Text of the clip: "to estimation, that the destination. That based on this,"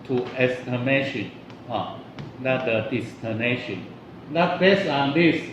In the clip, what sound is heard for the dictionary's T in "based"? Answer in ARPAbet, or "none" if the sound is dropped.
none